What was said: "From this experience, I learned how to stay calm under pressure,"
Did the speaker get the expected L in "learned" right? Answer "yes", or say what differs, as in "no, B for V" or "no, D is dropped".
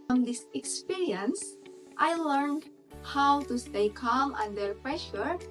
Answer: yes